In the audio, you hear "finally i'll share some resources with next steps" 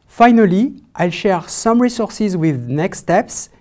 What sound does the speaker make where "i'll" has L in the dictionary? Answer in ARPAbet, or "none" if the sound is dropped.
L